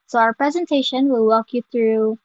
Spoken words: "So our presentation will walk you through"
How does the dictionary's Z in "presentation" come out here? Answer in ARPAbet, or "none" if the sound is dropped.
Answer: Z